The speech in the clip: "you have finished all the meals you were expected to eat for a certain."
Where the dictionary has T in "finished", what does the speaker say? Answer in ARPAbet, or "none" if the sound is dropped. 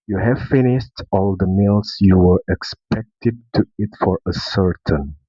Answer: T